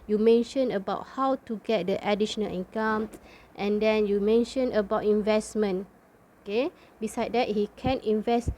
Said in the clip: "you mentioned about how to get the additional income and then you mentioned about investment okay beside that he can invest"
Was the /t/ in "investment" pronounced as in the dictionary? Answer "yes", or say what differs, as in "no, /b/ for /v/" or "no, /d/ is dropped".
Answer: no, /t/ is dropped